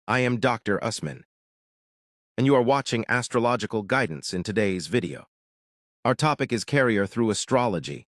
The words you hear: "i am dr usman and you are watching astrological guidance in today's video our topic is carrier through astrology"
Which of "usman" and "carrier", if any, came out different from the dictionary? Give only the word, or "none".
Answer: none